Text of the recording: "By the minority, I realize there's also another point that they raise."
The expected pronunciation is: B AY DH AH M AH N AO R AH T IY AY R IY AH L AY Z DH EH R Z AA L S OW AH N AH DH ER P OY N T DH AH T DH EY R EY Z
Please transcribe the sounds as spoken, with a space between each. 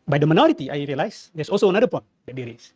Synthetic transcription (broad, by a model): B AY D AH M AH N AO R AH T IY AY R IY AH L AY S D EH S AA L S OW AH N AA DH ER P OY N T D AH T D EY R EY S